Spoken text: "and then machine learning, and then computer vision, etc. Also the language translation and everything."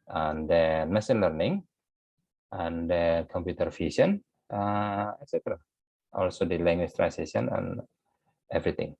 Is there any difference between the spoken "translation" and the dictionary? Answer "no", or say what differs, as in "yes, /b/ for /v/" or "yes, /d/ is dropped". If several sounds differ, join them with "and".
yes, /l/ is dropped